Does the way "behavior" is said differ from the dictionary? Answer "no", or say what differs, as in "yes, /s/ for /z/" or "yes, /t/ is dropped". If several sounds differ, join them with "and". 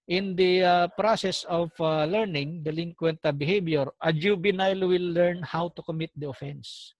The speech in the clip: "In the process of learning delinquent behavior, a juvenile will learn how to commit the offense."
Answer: yes, /b/ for /v/